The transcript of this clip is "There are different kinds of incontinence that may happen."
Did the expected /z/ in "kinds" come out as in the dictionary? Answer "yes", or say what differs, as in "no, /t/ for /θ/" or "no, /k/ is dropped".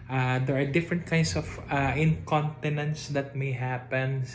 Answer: no, /s/ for /z/